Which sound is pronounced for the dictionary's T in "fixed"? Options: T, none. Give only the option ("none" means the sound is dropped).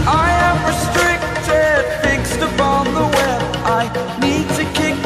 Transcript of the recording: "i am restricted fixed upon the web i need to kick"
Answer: T